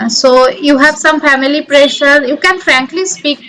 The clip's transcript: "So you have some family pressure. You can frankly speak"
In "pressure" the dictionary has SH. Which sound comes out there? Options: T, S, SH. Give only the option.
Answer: SH